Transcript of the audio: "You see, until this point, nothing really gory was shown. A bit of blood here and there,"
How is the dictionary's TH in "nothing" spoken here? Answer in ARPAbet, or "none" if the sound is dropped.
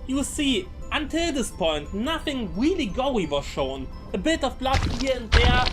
TH